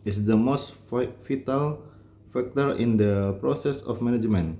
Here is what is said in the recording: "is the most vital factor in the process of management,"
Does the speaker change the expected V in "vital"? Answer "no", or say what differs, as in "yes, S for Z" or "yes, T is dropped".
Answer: yes, F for V